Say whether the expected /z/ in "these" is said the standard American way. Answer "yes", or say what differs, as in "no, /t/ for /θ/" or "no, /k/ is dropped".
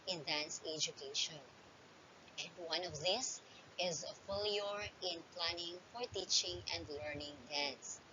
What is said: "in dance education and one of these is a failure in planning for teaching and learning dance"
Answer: no, /s/ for /z/